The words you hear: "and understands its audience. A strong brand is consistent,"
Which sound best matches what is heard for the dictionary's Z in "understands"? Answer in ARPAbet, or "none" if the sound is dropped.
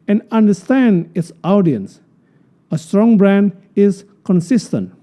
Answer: none